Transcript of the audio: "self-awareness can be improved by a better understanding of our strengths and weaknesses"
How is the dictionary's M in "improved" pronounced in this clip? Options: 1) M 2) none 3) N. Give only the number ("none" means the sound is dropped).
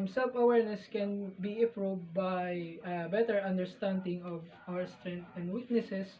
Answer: 2